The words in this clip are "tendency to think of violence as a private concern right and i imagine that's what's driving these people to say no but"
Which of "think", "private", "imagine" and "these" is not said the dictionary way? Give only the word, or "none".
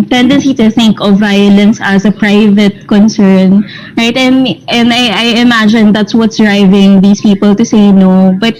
these